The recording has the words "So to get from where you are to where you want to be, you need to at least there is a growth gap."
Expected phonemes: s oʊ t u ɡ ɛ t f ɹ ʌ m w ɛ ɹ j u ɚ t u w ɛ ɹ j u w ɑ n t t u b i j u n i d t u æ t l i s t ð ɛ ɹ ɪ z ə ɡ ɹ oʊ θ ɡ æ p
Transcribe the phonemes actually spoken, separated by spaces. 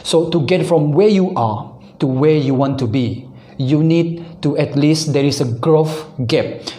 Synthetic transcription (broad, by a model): s oʊ t u ɡ ɛ t f ɹ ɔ m w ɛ j u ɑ t u w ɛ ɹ j u w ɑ n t t u b i j u n i d t u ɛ t l i s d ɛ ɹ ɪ s ə ɡ ɹ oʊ f ɡ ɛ p